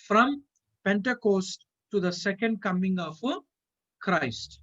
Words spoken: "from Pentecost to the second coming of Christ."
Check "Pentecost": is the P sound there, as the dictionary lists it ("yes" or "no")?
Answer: yes